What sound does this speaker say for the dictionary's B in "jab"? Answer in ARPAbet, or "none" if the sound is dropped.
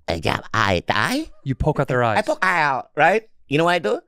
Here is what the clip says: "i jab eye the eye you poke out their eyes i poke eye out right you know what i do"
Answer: none